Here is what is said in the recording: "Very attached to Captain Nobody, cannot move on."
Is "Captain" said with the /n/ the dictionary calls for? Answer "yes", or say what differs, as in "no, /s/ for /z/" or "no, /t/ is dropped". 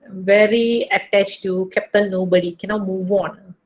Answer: no, /l/ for /n/